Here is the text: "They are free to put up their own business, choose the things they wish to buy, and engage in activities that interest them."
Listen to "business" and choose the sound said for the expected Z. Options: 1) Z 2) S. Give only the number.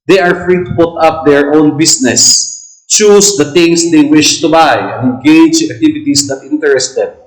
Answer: 2